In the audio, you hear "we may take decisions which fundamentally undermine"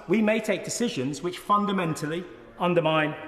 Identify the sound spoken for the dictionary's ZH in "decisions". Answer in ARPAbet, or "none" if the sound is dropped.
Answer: ZH